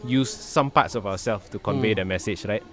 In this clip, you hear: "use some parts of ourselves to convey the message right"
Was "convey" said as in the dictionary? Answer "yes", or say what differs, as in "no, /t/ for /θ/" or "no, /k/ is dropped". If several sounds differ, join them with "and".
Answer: yes